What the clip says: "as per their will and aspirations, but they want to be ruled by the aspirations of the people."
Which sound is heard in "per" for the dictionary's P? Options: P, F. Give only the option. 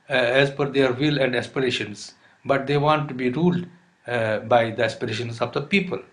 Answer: F